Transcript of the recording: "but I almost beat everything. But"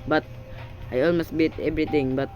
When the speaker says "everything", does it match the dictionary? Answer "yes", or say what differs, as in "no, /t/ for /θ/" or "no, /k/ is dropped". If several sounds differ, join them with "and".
no, /t/ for /θ/